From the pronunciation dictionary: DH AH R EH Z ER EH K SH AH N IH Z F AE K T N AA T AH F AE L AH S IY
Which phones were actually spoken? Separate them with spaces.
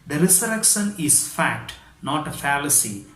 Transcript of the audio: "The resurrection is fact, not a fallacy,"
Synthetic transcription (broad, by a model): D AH R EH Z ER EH K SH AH N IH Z F AE K T N AA T AH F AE L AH S IY